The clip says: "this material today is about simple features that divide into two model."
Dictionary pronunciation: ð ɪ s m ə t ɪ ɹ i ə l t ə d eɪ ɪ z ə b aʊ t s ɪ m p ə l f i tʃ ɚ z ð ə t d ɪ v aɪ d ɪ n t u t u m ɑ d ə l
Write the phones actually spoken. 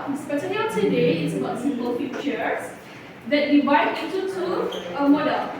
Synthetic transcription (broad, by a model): s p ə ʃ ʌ l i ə t ə d eɪ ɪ s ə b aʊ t s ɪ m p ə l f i tʃ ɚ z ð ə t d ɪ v aɪ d ɪ n t u t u m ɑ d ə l